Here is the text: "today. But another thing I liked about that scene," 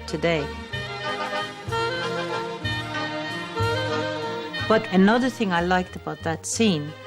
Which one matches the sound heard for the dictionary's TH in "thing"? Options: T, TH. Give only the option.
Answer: TH